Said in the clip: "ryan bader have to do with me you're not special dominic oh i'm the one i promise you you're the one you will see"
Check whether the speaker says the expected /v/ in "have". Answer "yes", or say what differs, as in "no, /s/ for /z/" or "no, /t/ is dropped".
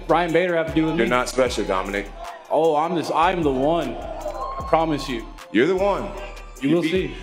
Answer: no, /f/ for /v/